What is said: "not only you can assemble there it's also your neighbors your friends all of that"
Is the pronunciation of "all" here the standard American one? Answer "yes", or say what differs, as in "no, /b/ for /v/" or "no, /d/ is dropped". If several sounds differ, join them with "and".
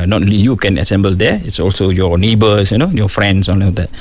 no, /n/ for /l/